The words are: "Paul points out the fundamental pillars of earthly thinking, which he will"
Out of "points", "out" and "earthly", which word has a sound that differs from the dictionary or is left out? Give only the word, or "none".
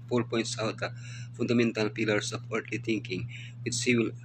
earthly